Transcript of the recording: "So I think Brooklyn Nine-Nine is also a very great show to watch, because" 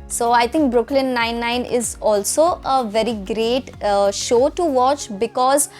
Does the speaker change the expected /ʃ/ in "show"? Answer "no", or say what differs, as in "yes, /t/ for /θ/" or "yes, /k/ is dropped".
no